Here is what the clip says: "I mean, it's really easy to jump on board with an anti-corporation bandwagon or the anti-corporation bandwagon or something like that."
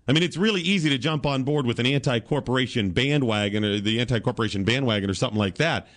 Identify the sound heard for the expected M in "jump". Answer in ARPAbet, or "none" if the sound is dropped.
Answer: M